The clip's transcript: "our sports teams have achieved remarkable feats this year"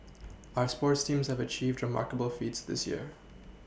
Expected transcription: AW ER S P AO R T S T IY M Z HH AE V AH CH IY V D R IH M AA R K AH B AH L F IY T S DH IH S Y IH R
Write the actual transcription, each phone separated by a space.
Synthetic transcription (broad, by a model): AW ER S P AO R T S T IY M Z HH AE V AH CH IY V D R IH M AA R K AH B AH L F IY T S DH IH S Y IH R